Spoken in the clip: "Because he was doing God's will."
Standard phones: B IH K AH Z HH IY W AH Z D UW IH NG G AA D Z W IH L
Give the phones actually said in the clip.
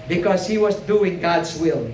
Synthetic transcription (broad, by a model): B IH K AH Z HH IY W AH Z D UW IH NG G AA D Z W IH L